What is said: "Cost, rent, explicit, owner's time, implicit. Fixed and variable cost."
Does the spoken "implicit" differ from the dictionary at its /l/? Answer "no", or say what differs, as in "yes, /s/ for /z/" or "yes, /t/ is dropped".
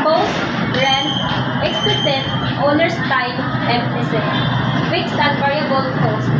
yes, /n/ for /l/